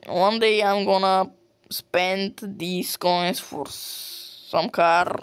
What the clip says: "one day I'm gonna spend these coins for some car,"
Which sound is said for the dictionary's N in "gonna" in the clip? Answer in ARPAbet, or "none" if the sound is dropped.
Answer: N